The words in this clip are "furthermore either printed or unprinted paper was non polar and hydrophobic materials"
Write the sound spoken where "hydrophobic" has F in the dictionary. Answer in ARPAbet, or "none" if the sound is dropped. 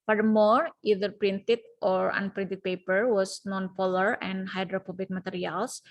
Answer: P